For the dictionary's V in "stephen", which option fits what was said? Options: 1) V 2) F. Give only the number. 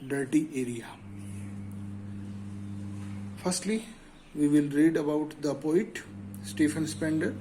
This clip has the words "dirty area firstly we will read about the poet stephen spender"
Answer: 2